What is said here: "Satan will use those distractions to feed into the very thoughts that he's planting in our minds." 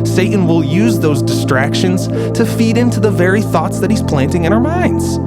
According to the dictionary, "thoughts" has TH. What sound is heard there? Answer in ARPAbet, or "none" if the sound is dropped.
TH